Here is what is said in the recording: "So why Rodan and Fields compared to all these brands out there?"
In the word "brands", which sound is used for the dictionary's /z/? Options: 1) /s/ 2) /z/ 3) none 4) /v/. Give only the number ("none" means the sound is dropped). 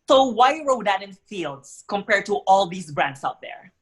1